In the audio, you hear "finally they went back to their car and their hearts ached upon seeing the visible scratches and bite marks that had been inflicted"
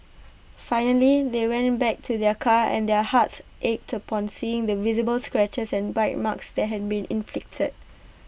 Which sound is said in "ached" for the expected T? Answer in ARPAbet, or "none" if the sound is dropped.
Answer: T